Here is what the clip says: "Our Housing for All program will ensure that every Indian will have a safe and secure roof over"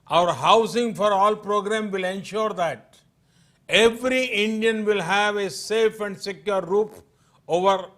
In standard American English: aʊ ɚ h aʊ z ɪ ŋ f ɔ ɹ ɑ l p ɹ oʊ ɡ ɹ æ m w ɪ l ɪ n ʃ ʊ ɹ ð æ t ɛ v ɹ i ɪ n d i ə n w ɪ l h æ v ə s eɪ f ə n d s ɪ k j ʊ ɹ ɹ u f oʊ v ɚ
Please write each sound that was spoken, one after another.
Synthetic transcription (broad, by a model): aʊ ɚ h aʊ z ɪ ŋ f ɔ ɹ ɑ l p ɹ oʊ ɡ ɹ æ m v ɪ l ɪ n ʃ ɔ ɹ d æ t ɛ v ɹ i ɪ n d i ə n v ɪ l h æ v ə s eɪ f ə n d s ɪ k j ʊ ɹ ɹ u p oʊ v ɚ